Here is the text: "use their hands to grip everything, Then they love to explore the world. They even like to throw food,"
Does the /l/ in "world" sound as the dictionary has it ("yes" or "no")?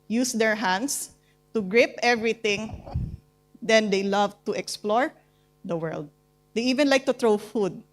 yes